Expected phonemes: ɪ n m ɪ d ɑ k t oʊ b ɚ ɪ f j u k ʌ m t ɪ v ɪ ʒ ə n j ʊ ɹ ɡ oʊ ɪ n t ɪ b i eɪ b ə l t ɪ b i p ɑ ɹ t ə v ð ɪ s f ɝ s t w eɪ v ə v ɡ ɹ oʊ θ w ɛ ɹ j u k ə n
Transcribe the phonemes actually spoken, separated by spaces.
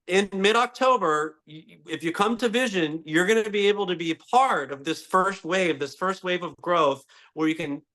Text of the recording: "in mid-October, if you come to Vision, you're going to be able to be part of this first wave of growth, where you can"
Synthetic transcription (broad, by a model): ɪ n m ɪ d ɑ k t oʊ b ɚ ɪ f j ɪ k ʌ m t ɪ v ɪ ʒ ə n j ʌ ɹ ɡ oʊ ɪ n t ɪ b i eɪ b l t ɪ b i p ɑ ɹ t ə v ð ɪ s f ɝ s t w eɪ v ə v ɡ ɹ oʊ θ w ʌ ɹ j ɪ k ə n